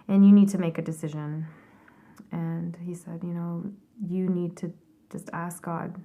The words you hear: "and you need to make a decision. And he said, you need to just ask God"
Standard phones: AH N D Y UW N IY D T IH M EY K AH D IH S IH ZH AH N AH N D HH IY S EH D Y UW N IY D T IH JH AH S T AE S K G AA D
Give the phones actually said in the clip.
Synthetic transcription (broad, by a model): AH N Y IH N IY D T IH M EY K AH D IH S IH ZH AH N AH N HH IY S EH D Y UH N IY D T IH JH AH S T AE S K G AA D